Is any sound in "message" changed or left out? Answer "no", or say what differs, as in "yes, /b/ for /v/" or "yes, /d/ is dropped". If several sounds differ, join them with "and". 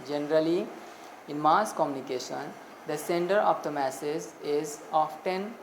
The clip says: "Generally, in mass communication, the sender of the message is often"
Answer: yes, /z/ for /dʒ/